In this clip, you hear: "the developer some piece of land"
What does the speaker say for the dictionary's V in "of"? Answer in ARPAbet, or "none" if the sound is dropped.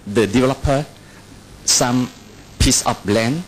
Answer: B